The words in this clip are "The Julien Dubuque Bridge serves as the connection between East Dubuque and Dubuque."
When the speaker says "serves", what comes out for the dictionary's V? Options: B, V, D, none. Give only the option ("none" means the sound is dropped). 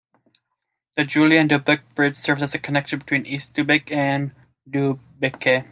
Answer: V